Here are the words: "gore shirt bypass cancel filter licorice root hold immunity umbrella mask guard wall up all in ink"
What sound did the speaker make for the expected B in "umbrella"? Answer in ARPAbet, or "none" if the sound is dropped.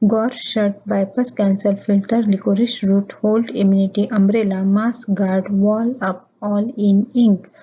B